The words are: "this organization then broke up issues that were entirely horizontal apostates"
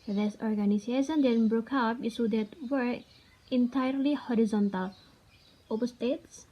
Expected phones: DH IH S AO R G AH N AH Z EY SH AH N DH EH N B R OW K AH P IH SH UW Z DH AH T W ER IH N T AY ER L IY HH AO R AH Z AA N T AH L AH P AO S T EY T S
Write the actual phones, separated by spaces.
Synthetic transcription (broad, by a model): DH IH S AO R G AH N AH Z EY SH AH N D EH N B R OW K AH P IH S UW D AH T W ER IH N T AY ER L IY HH AO R AH Z AA N T AH L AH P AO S T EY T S